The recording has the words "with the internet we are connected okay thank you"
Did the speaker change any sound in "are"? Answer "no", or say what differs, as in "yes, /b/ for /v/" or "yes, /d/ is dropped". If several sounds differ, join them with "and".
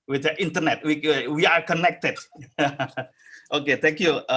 no